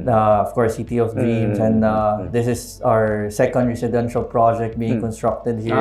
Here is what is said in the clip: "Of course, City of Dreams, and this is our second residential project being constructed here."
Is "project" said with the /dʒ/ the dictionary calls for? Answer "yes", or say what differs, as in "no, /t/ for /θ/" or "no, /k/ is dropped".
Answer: yes